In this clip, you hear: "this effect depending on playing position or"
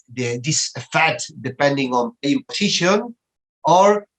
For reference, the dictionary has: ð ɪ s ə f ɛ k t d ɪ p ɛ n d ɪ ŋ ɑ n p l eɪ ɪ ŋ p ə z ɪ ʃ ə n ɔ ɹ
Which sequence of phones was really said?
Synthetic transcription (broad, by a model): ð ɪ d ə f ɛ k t d ɪ p ɛ n d ɪ ŋ ɑ n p eɪ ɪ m p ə s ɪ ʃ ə n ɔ ɹ